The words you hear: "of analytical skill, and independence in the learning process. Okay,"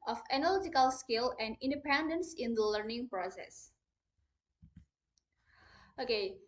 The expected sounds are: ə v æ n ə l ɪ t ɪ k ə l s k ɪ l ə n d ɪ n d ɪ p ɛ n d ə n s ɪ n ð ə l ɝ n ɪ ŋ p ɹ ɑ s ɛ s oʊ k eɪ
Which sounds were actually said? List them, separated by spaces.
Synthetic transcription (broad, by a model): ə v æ n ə l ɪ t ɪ k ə l s k ɪ l ə n d ɪ n d ɪ p ɛ n d ə n s ɪ n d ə l ɝ n ɪ ŋ p ɹ ɑ s ɛ s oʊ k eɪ